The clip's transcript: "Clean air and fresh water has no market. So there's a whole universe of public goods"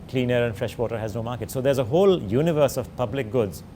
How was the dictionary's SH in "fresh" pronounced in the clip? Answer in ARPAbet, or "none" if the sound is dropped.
SH